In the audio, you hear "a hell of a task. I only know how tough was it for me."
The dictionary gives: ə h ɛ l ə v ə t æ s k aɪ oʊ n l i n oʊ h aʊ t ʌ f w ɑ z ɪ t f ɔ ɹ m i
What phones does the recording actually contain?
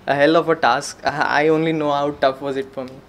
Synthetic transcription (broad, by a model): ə h ɛ l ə f ə t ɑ s k aɪ oʊ n l i n oʊ h aʊ t ʌ f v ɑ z ɪ t f ɔ ɹ m i